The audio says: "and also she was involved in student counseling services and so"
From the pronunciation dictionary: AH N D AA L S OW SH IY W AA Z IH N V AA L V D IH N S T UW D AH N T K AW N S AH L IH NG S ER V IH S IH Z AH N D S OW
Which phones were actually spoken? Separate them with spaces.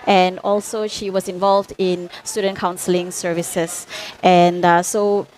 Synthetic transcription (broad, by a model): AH N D AA L S OW SH IY W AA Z IH N V AA L V D IH N S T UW D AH N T K AW N S AH L IH NG S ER V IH S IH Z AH N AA S OW